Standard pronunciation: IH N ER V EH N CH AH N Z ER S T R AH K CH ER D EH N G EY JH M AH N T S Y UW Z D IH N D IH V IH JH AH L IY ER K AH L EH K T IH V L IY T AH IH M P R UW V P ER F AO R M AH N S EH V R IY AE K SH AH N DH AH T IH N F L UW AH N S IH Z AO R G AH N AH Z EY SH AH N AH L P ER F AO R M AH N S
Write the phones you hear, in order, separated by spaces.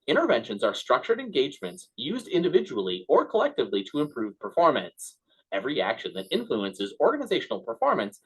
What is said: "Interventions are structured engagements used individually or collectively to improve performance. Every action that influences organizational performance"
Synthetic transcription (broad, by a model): IH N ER V EH N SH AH N Z ER S T R AH K CH ER D EH N G EY JH M AH N T S Y UW Z D IH N D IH V IH JH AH L IY ER K AH L EH K T IH V L IY T AH IH M P R UW V P ER F AO R M AH N S EH V R IY AE K SH AH N DH AH T IH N F L UW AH N S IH Z AO R G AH N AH Z EY SH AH N L P ER F AO R M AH N S